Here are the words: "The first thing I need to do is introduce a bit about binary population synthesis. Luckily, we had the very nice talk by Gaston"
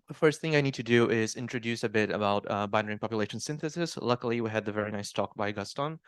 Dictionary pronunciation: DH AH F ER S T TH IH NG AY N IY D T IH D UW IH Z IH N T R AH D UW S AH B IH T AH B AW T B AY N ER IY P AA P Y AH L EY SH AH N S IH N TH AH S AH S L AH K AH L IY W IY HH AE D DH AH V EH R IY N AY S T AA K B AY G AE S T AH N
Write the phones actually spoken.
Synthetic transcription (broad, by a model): DH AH F ER S T TH IH NG AY N IY D T IH D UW IH Z IH N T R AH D UW S AH B IH T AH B AW T B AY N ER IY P AA P Y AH L EY SH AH N S IH N TH AH S AH S L AH K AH L IY W IY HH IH D DH AH V EH R IY N AY S T AA K B AY G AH S T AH N